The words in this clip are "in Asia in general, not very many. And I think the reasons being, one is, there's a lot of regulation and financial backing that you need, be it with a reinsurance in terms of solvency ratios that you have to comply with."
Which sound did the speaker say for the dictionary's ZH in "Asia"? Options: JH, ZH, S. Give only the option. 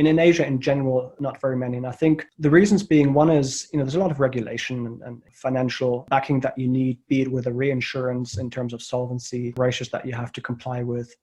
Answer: ZH